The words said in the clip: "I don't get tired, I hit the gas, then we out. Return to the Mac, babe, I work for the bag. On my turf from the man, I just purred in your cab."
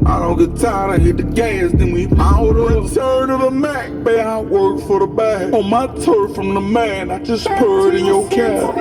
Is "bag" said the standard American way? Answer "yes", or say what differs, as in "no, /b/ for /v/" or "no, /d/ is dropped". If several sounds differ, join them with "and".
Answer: no, /ɡ/ is dropped